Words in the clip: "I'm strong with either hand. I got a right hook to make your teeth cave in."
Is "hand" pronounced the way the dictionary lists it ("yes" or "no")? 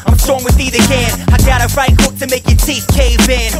no